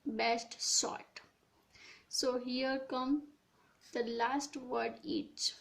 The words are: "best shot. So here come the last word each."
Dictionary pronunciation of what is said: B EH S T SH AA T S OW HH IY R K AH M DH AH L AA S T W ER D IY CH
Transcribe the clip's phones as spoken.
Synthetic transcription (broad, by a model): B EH S T S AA T S OW HH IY R K AH M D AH L AA S T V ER D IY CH